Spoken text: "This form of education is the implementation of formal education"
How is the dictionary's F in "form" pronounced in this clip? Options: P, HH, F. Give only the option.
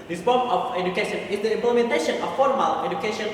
P